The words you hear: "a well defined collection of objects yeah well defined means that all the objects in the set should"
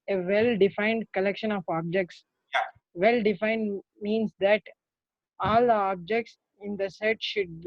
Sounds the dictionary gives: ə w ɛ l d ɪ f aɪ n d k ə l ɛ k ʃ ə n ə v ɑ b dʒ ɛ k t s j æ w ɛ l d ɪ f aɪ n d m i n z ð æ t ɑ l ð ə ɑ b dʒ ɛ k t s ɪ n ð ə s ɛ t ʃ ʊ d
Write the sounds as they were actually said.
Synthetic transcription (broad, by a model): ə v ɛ l d ɪ f aɪ n d k ə l ɛ k ʃ ə n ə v ɑ b dʒ ɛ k t s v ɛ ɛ l d ɪ f aɪ n d m i n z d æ t ɑ l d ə ɑ b dʒ ɛ k t s ɪ n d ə s ɛ t ʃ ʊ d